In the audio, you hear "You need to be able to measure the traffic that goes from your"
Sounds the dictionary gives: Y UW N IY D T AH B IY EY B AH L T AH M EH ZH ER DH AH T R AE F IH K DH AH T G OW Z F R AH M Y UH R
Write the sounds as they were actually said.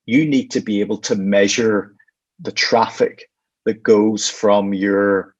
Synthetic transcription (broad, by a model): Y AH N IY D T AH B IY EY B AH L T AH M EH ZH ER DH AH T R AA F IH K DH AH T G OW Z F R AH M Y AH R